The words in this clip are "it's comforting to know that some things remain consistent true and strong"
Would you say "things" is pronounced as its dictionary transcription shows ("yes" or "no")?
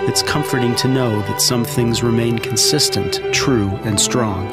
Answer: yes